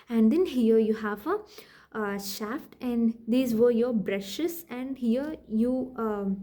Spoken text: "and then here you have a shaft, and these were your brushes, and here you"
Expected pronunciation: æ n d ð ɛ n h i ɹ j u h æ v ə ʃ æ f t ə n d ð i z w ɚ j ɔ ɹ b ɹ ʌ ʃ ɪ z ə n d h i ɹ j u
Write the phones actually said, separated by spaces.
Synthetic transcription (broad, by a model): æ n d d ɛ n h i ɹ j u h æ v ə ʃ æ f t ə n d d i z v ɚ j ɔ ɹ b ɹ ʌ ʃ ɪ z ə n d h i ɹ j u